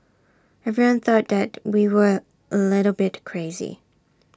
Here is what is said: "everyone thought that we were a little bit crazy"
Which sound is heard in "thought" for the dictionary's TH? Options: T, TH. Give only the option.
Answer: TH